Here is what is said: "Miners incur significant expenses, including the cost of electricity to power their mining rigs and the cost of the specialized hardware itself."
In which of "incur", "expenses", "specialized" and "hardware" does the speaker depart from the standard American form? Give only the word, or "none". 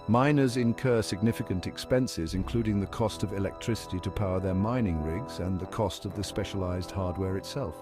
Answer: none